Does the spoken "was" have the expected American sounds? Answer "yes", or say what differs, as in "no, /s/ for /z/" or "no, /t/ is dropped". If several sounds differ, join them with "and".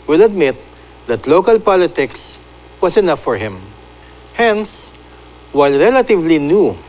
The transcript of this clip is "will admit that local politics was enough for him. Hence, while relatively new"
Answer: no, /s/ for /z/